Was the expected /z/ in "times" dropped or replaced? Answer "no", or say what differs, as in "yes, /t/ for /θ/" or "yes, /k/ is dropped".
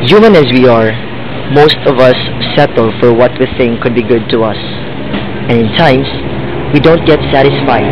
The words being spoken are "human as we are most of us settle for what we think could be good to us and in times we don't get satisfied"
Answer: yes, /s/ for /z/